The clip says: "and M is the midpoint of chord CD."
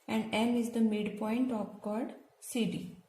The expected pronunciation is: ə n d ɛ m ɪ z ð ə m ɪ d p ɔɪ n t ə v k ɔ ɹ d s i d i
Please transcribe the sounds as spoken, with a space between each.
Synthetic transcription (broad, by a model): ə n d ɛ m ɪ z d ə m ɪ d p ɔɪ n t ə p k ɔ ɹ d s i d i